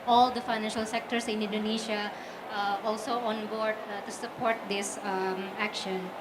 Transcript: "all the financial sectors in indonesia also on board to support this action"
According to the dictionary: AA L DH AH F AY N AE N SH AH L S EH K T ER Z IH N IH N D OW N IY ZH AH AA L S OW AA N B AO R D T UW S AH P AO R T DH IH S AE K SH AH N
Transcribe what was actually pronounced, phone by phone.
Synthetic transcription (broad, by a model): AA L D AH F AY N AE N SH AH L S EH K T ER S IH N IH N D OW N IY SH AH AA L S OW AA N B AO R D T UW S AH P AO R T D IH S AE K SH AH N